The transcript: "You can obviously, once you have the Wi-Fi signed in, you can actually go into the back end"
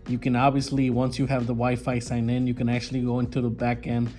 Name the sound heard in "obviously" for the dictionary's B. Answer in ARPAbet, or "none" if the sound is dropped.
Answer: B